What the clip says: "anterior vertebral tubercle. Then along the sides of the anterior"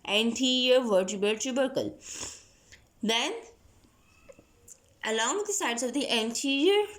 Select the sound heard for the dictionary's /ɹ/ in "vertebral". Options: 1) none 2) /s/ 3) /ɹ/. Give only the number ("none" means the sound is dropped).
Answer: 1